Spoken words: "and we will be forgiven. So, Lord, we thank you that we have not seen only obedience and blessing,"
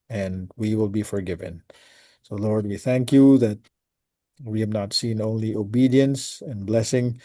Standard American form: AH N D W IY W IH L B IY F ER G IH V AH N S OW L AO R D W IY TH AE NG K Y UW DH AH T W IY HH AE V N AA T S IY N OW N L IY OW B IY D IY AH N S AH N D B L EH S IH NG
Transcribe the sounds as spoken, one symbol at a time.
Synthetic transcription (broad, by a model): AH N W IY W IH L B IY F ER G IH V AH N S OW L AO R D W IY TH AE NG K Y UW DH AH T W IY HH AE V N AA T S IY N OW N L IY OW B IY D IY AH N S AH N B L EH S IH NG